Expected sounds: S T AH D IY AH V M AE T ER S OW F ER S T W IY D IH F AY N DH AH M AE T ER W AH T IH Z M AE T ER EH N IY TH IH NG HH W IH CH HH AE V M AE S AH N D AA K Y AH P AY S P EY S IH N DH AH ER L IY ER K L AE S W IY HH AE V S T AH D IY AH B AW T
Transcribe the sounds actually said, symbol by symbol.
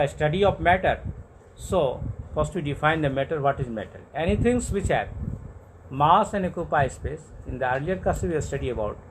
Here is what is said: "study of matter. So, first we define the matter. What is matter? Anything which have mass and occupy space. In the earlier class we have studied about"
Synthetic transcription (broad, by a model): S T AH D IY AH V M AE T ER S OW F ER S T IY D IH F AY N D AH M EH T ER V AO T IH Z M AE T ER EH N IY T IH NG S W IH CH HH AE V M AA S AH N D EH K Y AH P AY S P EY S IH N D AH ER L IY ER K AH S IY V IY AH S T AH D IY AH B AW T